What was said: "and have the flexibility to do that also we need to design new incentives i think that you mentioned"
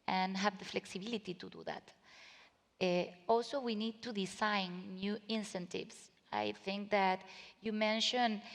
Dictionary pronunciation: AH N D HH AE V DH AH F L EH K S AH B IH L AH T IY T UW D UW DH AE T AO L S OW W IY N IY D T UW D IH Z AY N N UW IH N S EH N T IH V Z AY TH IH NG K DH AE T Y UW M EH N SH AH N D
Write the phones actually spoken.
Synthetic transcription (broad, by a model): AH N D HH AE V DH AH F L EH K S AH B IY L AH T IY T UW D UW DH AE T AO L S OW W IY N IY D T UW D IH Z AY N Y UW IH N S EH N T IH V S AY TH IH NG K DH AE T Y UW M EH N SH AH N